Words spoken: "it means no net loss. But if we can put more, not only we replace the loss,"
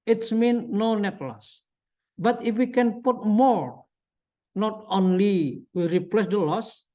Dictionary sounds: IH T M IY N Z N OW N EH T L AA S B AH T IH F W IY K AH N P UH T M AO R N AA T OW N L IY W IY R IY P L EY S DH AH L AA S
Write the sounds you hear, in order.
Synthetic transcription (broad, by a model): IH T M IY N N OW N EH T L AA S B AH T IH F W IY K AH N P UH T M AO R N AA T OW N L IY W IY R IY P L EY S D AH L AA S